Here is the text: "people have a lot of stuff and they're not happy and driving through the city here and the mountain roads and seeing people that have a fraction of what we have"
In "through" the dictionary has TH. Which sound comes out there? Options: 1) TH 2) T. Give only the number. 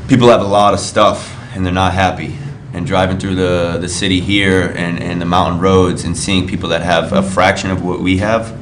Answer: 1